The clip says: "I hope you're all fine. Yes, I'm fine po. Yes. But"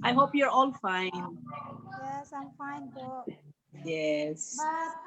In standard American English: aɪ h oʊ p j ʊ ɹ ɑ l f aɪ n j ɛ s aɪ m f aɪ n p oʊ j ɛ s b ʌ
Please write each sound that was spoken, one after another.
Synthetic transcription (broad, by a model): aɪ h oʊ p j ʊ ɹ ɑ l f aɪ n j ɛ s aɪ m f aɪ n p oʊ j ɛ s